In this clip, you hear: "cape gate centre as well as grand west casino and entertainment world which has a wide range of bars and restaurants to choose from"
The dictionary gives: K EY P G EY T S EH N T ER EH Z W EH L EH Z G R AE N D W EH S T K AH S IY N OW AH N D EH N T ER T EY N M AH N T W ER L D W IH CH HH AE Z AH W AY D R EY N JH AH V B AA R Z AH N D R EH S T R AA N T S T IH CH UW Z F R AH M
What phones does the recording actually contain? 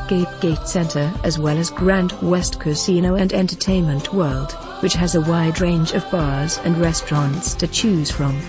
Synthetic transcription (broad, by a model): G EY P G EY T S EH N T ER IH Z W EH L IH Z G R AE N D W EH S T K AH S IY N OW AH N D EH N T ER T EY N M AH N T W ER L D W IH CH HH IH Z AH W AY D R EY N JH AH V B AA R Z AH N R EH S T R AA N T S T IH CH UW Z F R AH M